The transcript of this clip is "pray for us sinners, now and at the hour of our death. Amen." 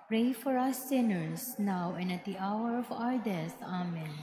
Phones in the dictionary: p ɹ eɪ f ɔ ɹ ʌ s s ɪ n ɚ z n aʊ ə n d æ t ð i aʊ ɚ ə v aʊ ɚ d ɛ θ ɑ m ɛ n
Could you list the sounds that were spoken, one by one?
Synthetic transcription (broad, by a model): p ɹ eɪ f ɔ ɹ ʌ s s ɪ n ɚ s n aʊ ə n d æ t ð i aʊ ɚ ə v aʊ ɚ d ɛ t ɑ m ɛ n